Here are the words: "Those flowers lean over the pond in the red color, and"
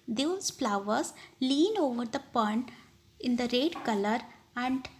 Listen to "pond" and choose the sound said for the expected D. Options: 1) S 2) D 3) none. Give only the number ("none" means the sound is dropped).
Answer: 3